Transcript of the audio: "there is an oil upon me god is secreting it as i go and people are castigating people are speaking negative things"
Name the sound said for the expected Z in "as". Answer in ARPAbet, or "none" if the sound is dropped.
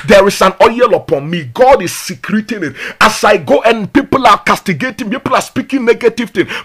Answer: S